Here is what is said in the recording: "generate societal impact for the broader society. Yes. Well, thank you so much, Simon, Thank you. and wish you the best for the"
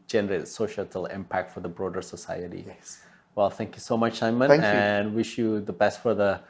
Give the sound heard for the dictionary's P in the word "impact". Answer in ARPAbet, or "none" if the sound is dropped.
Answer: P